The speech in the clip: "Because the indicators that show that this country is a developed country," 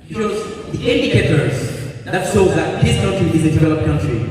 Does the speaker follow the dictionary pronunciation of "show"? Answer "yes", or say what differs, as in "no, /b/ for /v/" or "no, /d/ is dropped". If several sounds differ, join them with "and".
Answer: no, /s/ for /ʃ/